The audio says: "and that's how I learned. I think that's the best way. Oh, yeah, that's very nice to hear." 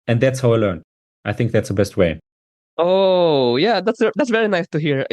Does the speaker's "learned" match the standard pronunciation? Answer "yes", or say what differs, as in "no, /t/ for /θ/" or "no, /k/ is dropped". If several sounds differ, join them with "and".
no, /d/ is dropped